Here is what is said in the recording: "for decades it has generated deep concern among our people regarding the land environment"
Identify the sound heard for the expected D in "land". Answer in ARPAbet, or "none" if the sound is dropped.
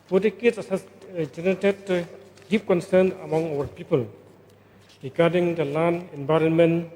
none